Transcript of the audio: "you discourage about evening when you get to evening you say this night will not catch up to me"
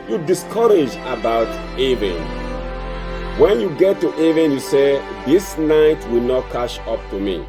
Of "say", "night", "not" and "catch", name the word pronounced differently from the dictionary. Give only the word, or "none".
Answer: catch